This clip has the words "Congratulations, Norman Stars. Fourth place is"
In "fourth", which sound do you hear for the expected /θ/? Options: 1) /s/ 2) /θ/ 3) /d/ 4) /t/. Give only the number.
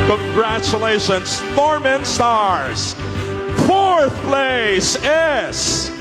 2